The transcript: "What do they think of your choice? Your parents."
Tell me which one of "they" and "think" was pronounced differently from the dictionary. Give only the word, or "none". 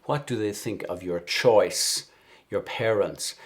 none